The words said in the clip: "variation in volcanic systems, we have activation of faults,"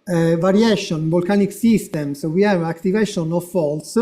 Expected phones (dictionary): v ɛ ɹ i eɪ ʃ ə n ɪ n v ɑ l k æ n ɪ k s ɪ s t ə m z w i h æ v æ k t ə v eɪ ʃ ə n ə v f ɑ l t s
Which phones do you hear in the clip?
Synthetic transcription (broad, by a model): v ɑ ɹ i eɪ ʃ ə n n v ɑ l k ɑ n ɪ k s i s t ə m s w i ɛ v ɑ k t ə v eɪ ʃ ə n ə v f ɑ l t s